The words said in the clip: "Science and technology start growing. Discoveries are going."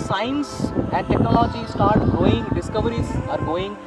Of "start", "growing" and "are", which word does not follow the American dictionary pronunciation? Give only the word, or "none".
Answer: growing